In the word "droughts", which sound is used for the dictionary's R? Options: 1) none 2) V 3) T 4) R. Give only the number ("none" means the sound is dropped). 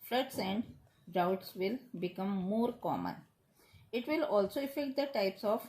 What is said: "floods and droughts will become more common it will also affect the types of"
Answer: 1